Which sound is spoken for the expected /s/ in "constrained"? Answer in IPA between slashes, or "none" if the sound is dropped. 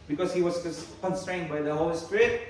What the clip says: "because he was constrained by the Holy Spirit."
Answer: /s/